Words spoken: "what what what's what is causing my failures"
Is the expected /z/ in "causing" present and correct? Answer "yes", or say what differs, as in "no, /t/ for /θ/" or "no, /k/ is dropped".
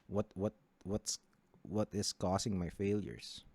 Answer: no, /s/ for /z/